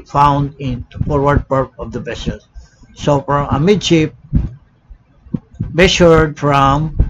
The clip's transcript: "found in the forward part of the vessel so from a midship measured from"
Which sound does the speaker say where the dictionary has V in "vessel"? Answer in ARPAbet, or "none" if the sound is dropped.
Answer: B